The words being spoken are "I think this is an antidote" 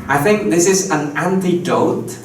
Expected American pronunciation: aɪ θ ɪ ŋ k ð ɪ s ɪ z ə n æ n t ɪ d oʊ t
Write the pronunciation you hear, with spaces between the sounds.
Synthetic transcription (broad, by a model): aɪ θ ɪ ŋ k ð ɪ s ɪ z ə n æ n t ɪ d oʊ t